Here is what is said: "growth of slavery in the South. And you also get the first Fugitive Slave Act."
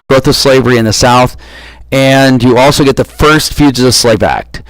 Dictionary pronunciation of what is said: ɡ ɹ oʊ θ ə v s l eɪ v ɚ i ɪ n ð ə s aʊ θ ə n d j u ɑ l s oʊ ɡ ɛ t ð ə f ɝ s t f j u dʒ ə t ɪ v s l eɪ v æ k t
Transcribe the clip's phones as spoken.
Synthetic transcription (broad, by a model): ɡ ɹ oʊ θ ə v s l eɪ v ɚ i ɪ n ð ə s aʊ θ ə n j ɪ ɑ l s oʊ ɡ ɛ t ð ə f ɝ s t f j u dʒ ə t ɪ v s l eɪ v æ k t